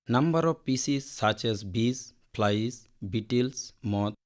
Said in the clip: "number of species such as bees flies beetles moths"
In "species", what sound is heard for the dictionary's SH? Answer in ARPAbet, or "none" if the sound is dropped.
S